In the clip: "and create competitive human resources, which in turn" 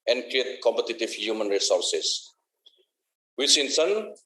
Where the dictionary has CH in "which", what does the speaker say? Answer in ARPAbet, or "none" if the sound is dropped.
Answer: S